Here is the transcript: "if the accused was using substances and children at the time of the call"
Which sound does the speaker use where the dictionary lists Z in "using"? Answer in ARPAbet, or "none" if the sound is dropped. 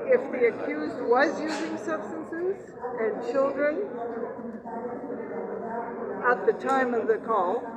Z